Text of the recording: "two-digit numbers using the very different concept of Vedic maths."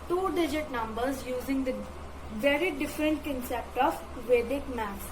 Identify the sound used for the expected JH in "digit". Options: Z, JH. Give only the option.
JH